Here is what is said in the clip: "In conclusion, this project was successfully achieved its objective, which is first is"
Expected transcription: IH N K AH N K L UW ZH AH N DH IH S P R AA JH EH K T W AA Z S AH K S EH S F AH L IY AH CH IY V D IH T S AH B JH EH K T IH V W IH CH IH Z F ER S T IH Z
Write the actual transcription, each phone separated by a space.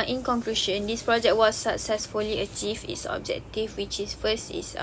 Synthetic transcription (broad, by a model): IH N K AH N K L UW SH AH N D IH S P R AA JH EH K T W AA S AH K S EH S F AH L IY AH CH IY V IH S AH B JH EH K T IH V W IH CH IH S F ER S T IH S